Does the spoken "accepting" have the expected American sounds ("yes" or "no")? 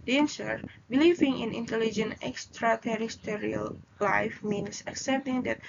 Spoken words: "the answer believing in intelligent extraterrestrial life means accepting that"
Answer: yes